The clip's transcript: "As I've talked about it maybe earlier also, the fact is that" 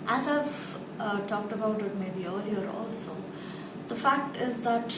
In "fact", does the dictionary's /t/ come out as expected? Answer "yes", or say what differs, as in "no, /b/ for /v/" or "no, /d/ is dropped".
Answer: yes